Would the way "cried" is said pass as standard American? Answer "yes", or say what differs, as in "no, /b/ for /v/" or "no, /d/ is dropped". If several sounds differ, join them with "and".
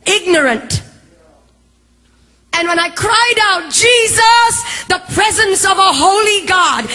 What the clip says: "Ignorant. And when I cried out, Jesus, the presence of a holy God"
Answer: yes